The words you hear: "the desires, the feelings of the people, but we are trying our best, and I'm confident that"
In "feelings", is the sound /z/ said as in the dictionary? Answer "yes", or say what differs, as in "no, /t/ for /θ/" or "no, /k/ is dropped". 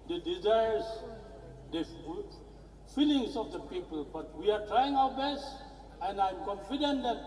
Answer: no, /s/ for /z/